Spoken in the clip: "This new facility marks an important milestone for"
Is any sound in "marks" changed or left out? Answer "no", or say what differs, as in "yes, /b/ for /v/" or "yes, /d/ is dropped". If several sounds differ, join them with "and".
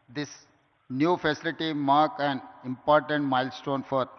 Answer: yes, /s/ is dropped